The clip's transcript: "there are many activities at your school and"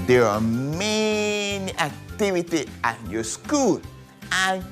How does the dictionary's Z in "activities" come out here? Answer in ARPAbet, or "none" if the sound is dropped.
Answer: none